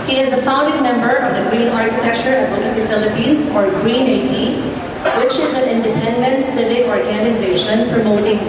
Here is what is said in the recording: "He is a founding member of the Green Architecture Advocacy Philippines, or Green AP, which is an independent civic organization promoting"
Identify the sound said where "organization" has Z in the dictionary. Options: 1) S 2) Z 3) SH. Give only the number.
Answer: 2